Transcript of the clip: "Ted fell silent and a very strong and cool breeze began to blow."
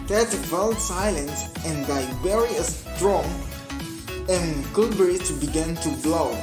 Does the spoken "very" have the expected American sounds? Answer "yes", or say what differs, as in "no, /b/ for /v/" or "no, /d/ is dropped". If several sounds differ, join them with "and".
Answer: no, /b/ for /v/